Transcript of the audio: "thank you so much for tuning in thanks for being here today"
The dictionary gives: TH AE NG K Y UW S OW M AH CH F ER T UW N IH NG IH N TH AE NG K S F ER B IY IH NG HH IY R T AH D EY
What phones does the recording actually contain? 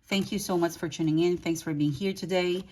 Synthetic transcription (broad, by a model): TH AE NG K Y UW S OW M AH CH F ER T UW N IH NG IH N TH AE NG K S F ER B IY IH NG HH IY R T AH D EY